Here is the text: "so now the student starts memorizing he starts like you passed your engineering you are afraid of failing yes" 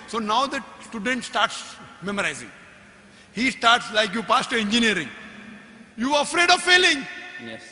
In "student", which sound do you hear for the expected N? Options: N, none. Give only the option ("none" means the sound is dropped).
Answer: N